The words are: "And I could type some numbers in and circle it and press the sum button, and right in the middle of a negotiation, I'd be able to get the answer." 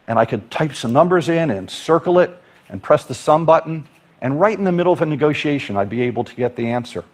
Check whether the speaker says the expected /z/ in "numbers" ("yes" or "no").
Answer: yes